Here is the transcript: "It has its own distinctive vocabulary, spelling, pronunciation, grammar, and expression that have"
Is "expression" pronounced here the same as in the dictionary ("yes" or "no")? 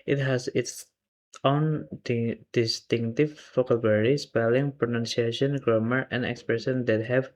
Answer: no